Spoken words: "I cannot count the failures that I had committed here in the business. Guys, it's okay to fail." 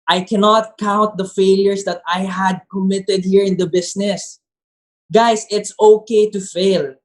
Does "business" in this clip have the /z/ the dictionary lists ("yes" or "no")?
no